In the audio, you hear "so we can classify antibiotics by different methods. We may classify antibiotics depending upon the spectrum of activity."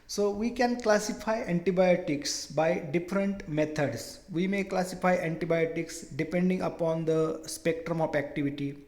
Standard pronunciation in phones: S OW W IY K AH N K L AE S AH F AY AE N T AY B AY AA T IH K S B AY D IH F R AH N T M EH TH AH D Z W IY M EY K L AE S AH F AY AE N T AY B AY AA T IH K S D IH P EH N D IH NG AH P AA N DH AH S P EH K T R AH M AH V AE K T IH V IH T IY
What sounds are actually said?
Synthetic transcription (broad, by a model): S OW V IY K AH N K L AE S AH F AY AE N T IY B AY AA T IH K S B AY D IH F R AH N T M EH T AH D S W IY M EY K L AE S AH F AY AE N T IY B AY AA T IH K S D IH P EH N D IH NG AH P AA N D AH S P EH K T R AH M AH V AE K T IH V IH T IY